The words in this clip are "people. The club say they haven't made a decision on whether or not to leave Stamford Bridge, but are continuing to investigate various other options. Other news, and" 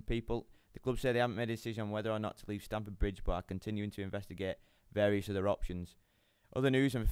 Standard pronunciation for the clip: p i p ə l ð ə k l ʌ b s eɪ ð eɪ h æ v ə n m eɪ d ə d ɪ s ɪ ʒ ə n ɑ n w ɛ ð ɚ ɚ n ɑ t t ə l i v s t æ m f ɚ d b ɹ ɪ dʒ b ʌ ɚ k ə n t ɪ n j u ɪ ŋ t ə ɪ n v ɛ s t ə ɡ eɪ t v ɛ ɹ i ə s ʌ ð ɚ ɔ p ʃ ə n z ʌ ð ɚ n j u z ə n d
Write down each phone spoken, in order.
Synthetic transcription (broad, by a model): p i p ə l ð ə k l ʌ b s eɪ ð eɪ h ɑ v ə n m eɪ d ə d ɪ s ɪ ʒ ə n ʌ n w ɛ ð ɚ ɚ n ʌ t t ə l i v s t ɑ m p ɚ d b ɹ ɪ dʒ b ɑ k ə n t ɪ n j u ɪ ŋ t ə ɪ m v ɛ s t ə ɡ eɪ t v ɛ ɹ i ə s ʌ ð ɚ ɔ p ʃ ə n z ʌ ð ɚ n j u z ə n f